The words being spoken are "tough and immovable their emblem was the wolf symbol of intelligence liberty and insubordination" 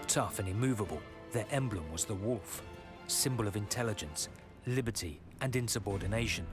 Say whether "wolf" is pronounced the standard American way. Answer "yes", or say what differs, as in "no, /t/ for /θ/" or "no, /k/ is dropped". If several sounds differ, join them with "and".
yes